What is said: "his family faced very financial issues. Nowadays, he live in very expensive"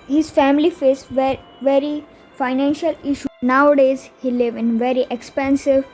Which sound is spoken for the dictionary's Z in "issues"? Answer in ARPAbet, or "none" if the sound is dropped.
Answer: none